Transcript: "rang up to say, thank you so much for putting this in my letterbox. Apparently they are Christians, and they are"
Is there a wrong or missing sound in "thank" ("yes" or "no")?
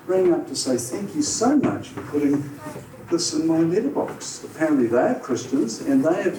no